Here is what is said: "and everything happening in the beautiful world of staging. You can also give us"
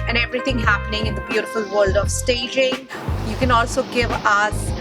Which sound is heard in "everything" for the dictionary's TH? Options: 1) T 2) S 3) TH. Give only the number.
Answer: 1